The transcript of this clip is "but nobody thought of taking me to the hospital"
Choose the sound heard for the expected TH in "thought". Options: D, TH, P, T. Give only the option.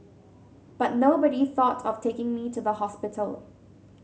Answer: TH